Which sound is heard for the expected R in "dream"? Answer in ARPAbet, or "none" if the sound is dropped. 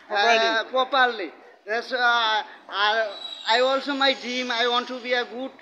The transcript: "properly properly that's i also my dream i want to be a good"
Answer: none